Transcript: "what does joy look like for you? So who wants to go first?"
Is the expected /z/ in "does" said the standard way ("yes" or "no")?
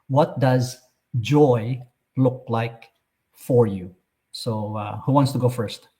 yes